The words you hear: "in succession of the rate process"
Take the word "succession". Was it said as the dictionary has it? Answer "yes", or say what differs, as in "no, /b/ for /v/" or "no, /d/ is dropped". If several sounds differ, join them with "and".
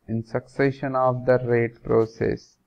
yes